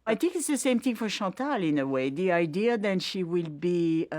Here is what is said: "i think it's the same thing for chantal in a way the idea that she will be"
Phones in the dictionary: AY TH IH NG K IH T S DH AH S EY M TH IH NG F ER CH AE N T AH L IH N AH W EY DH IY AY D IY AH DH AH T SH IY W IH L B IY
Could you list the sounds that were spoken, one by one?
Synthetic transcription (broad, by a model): AY TH IH NG K IH T S DH AH S EY M TH IH NG F ER SH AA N T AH L IH N AH W EY DH IY AY D IY AH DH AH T SH IY W IH L B IY